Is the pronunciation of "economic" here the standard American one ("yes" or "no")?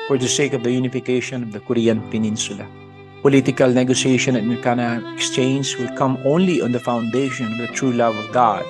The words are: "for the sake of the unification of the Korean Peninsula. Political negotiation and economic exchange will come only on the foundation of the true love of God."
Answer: no